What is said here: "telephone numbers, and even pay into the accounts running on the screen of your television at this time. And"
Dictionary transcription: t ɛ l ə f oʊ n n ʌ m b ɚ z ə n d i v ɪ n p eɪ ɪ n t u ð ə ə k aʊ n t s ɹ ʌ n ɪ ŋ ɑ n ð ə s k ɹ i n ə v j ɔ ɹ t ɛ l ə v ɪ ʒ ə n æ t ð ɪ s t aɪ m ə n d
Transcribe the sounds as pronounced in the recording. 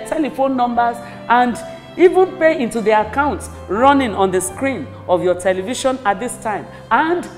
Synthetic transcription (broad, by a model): t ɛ l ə f oʊ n n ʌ m b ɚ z ə n d i v ɪ n p eɪ ɪ n t u ð ə ə k aʊ n t s ɹ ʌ n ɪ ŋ ɑ n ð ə s k ɹ i n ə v j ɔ t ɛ l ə v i ʃ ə n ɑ t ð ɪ s t aɪ m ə n d